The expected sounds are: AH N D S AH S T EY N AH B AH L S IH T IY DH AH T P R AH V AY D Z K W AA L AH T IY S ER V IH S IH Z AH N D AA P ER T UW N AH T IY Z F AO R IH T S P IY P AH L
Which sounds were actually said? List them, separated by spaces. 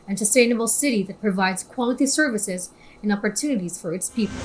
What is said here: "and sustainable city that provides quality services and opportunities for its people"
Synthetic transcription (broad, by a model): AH N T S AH S T EY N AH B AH L S IH T IY DH AH T P R AH V AY D Z K W AA L AH T IY S ER V IH S IH Z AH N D AA P ER T UW N AH T IY Z F AO R IH T S P IY P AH L